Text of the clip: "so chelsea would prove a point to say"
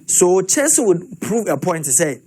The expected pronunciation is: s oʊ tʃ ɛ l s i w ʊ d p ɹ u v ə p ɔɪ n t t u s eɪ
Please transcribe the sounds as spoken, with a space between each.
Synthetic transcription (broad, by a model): s oʊ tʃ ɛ n s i w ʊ d p ɹ u v ə p ɔɪ n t t u s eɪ